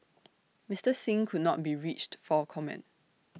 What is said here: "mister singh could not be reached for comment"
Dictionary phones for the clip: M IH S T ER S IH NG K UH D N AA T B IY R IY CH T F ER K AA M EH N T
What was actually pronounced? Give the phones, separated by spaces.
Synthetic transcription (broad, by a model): M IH S T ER S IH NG K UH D N AA T B IY R IY CH T F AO K AA M EH N T